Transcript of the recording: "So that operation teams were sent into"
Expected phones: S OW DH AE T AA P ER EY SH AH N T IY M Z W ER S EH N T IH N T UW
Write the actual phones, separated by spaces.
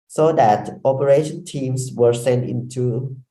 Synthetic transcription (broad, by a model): S OW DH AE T AA P ER EY SH AH N T IY M S W ER S EH N T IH N T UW